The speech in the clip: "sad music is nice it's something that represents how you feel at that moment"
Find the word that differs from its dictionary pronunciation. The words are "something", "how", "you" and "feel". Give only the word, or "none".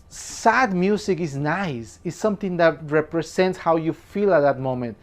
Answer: something